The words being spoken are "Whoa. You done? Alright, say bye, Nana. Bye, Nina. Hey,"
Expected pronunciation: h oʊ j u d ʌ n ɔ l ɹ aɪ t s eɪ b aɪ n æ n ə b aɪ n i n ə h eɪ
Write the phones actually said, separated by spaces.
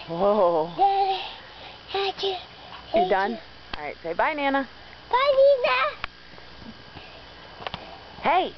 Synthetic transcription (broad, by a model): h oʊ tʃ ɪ d ʌ n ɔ ɹ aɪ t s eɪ b aɪ n æ n ə b aɪ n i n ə h eɪ